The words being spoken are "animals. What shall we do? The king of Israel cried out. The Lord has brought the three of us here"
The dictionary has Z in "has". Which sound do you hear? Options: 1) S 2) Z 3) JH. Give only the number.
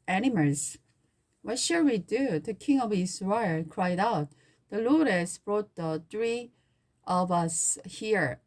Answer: 1